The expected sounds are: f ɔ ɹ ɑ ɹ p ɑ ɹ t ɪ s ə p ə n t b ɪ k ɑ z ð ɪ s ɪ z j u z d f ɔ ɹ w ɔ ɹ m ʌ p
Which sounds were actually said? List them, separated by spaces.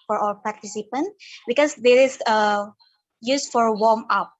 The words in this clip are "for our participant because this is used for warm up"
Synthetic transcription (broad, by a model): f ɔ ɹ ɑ l p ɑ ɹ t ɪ s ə p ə n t b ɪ k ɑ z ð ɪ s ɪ j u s f ɔ ɹ w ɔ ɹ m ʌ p